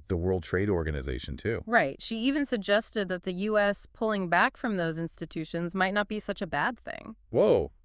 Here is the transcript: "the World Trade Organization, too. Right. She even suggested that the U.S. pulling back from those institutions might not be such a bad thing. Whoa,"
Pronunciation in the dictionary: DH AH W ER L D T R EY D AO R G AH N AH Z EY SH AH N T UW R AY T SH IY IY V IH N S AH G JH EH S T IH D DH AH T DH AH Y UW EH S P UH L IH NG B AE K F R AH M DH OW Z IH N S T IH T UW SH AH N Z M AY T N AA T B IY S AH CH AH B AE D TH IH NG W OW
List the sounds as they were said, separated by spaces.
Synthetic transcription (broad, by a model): DH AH W ER L D T R EY D AO R G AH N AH Z EY SH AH N T UW R AY T SH IY IY V IH N S AH G JH EH S T IH D DH AH T DH AH Y UW EH S P UH L IH NG B AE K F R AH M DH OW Z IH N S T IH T UW SH AH N Z M AY T N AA T B IY S AH CH AH B AE D TH IH NG W OW